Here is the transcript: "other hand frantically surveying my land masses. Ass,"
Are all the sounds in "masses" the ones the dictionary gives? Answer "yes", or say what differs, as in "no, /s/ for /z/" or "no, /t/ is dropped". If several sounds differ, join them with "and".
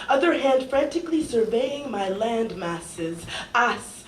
yes